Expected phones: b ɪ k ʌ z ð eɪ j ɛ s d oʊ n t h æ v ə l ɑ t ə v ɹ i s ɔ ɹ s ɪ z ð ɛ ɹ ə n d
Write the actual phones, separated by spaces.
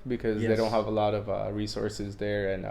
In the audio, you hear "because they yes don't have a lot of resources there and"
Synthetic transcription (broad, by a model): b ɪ k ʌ z ð eɪ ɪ d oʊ n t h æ v ə l ɑ t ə v ɹ i s ɔ ɹ s ɪ z ð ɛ ɹ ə n